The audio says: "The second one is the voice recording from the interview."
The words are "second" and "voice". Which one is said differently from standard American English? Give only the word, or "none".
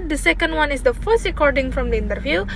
voice